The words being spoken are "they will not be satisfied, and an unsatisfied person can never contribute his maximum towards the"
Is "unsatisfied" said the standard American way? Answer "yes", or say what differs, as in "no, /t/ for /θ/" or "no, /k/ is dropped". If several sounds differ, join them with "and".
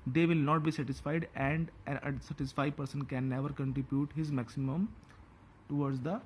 no, /n/ is dropped